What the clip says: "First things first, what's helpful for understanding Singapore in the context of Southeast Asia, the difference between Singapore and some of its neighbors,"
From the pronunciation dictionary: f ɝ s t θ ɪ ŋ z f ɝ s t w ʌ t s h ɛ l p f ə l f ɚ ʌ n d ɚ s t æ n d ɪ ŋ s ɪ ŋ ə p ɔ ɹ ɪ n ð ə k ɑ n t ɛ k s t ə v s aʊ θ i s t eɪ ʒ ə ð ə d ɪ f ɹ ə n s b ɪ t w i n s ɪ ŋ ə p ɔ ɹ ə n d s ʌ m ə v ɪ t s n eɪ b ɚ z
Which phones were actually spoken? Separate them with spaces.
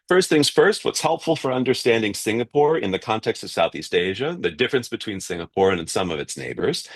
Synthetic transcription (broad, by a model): f ɝ s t θ ɪ ŋ z f ɝ s t w ʌ t s h ɛ l p f l f ɚ ʌ n d ɚ s t æ n d ɪ ŋ s ɪ ŋ ə p ɔ ɹ ɪ n ð ə k ɑ n t ɛ k s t ə v s aʊ θ i s t eɪ ʒ ə ð ə d ɪ f ɹ ə n s b ɪ t w i n s ɪ ŋ ə p ɔ ɹ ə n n s ʌ m ə v ɪ t s n eɪ b ɚ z